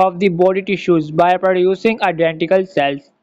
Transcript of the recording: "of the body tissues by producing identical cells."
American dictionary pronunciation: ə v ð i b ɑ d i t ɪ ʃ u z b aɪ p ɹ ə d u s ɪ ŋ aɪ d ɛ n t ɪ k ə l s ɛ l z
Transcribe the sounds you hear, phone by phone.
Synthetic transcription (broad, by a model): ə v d i b ɑ d i t ɪ ʃ u z b aɪ p ɹ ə d u s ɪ ŋ aɪ d ɛ n t ɪ k ə l s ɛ l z